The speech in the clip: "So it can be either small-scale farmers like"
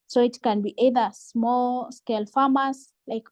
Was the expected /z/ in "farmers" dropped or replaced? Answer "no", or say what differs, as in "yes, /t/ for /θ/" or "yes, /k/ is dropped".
yes, /s/ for /z/